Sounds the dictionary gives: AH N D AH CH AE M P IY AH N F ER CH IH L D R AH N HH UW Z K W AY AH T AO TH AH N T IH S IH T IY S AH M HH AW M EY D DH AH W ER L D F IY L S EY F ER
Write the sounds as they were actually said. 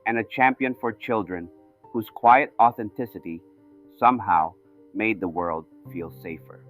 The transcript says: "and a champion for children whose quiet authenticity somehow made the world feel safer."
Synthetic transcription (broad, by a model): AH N AH CH AE M P IY AH N F ER CH IH L D R AH N HH UW Z K W AY AH T AO TH AH N T IH S IH T IY S AH M HH AW M EY D DH AH W ER L D F IY L S EY F ER